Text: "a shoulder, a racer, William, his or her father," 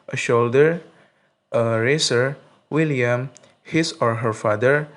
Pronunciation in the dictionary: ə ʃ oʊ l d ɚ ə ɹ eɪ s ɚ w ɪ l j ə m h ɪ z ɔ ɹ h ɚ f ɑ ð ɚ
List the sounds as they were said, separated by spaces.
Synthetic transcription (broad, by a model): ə ʃ oʊ l d ɚ ə ɹ eɪ s ɚ w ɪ l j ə m h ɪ s ɔ ɹ h ɚ f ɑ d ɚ